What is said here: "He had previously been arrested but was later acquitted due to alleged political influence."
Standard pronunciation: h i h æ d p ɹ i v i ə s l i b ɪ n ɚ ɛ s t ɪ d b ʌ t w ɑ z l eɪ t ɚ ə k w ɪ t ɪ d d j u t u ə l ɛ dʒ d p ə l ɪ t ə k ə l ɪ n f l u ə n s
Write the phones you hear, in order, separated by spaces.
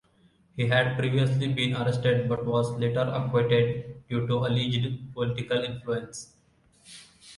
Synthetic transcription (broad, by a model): h i h æ d p ɹ i v i ə s l i b ɪ n ɚ ɛ s t ɪ d b ʌ t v ɑ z l eɪ t ɚ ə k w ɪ t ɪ d d j u t u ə l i dʒ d p ə l ɪ t ə k ə l ɪ n f l u ə n s